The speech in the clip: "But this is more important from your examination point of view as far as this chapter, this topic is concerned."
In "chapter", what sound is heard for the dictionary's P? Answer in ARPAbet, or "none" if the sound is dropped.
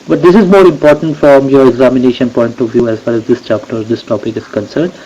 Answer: P